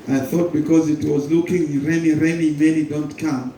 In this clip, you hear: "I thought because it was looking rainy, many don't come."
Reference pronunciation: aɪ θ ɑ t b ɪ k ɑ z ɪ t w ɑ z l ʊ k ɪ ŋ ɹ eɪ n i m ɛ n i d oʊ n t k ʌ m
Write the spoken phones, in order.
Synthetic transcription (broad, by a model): aɪ θ ɑ t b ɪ k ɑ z ɪ t w ɑ z l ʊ k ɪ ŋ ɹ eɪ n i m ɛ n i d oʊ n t k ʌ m